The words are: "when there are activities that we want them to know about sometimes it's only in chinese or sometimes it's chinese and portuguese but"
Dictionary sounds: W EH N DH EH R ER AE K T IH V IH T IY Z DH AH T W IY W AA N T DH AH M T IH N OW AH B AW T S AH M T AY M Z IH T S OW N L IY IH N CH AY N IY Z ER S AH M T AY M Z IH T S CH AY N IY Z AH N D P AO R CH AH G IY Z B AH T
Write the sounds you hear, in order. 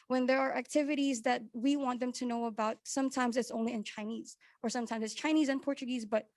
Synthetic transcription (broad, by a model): W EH N DH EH R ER AE K T IH V IH T IY Z DH AH T W IY W AA N DH AH M T IH N OW AH B AW T S AH M T AY M Z IH T S OW N L IY IH N CH AY N IY Z ER S AH M T AY M Z IH T S CH AY N IY Z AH N P AO R CH AH G IY Z B AH T